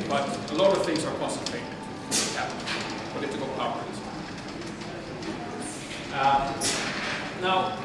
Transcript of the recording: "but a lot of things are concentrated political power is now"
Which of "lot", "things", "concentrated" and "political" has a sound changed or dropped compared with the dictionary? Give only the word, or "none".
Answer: concentrated